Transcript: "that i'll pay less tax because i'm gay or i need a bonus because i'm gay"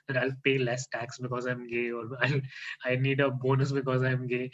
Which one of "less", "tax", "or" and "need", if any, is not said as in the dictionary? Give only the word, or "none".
or